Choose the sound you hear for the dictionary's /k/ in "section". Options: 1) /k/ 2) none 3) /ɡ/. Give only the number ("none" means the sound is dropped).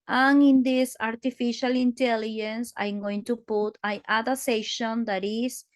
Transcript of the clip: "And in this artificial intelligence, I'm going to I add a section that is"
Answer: 2